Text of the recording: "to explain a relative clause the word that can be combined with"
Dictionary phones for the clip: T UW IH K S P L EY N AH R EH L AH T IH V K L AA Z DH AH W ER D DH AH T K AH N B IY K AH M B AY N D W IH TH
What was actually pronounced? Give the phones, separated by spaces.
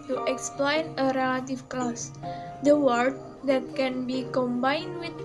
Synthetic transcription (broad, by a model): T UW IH K S P L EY N AH R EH L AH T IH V K L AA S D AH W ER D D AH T K AH N B IY K AH M B AY N D W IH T